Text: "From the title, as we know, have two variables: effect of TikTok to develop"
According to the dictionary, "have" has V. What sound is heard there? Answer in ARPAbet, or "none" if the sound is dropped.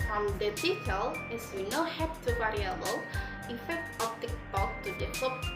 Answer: P